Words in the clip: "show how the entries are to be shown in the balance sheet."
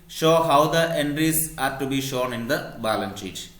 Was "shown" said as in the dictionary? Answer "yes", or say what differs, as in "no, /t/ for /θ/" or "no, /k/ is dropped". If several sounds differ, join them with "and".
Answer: yes